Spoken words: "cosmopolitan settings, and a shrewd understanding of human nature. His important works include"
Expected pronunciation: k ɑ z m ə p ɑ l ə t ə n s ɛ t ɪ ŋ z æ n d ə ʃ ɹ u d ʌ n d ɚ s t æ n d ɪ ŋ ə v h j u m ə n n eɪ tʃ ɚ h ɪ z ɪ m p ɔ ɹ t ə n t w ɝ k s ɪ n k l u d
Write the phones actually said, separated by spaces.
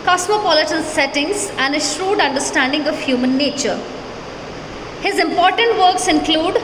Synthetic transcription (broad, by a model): k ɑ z m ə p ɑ l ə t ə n s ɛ t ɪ ŋ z æ n d ə ʃ ɹ u d ʌ n d ɚ s t æ n d ɪ ŋ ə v h j u m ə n n eɪ tʃ ɚ h ɪ z ɪ m p ɔ ɹ t ə n t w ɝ k s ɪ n k l u d